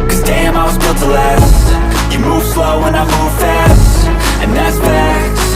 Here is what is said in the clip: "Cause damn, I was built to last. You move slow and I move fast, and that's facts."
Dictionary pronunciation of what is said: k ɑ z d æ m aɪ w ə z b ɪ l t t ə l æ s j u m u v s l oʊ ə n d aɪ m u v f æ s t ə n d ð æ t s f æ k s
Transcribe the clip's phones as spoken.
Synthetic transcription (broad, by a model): k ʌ z d æ m aɪ w ə z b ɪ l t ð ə l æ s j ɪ m u v s l oʊ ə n aɪ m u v f æ s t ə n ð æ t s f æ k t